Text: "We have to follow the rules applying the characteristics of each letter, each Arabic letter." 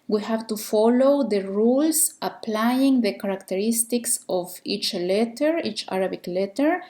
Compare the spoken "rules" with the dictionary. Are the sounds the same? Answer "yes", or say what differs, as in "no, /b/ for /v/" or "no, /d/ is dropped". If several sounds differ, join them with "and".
no, /s/ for /z/